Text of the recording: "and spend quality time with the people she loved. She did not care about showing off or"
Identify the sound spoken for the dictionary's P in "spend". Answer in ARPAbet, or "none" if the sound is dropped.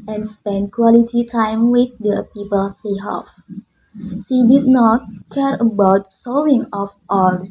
P